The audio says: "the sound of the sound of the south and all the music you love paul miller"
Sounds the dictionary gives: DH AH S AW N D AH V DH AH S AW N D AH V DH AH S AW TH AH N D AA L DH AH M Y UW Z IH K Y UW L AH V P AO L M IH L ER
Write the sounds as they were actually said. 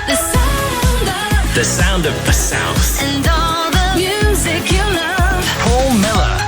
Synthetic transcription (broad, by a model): DH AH S AW N D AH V DH AH S AW N D AH V DH AH S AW S AH N D AA L DH AH M Y UW Z IH K Y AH N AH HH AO L M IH L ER